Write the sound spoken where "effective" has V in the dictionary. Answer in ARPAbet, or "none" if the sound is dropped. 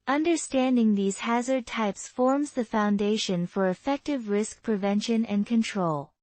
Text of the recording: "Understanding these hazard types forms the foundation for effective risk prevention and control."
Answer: V